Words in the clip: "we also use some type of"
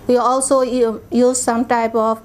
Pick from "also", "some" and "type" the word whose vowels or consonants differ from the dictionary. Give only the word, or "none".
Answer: none